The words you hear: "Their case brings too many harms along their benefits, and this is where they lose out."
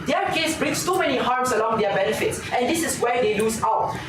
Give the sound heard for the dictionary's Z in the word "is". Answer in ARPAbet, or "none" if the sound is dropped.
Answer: S